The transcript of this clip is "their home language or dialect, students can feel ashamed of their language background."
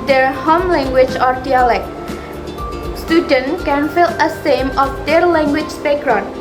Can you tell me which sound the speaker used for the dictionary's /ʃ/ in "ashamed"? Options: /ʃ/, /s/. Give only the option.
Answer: /s/